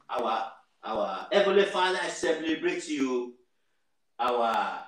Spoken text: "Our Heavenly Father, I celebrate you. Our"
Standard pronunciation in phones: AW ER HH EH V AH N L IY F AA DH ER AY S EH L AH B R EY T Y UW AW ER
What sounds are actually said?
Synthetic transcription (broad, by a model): AW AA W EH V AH L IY F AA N AY S EH L AH B R EY T Y UW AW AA